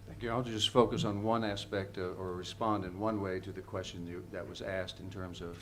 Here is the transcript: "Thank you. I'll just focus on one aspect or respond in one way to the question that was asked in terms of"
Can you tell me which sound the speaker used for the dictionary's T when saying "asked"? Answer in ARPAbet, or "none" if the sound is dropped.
T